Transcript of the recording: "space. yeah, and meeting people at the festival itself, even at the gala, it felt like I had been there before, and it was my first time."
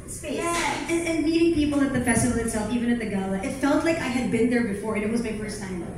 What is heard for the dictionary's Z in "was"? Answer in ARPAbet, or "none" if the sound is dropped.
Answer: Z